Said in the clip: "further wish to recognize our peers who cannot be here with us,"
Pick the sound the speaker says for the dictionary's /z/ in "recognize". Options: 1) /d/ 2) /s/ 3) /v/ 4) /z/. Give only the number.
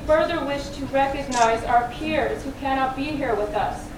4